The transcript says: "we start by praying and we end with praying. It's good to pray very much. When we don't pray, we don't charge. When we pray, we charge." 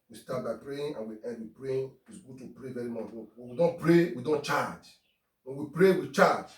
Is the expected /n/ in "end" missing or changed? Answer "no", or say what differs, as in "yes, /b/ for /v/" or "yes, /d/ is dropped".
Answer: yes, /n/ is dropped